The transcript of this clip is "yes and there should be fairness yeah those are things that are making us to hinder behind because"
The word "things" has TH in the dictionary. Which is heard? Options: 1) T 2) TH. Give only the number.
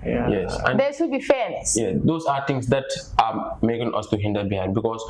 1